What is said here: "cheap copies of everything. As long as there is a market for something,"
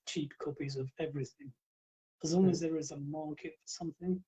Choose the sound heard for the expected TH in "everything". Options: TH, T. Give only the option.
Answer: TH